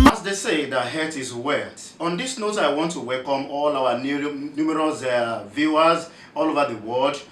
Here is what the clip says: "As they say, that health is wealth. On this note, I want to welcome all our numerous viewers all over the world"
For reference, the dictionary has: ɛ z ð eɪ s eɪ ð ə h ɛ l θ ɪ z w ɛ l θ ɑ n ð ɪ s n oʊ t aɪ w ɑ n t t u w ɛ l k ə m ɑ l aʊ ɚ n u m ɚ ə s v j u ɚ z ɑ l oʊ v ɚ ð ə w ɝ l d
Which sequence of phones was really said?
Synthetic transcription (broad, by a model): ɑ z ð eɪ s eɪ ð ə h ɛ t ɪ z w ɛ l t ɑ n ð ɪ s n oʊ t aɪ w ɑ n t t u w ɛ l k ə m ɑ l aʊ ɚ n u m ɚ ə s v j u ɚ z ɑ l oʊ v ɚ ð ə w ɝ l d